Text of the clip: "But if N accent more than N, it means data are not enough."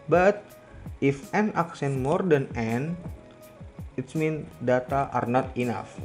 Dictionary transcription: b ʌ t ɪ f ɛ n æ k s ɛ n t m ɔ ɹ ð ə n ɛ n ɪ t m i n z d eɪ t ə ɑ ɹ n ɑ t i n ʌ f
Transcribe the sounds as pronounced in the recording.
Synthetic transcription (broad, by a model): b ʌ t ɪ f ɛ n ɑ k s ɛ n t m ɔ ɹ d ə n ɛ n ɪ t m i n d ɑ t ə ɑ ɹ n ɑ t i n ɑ f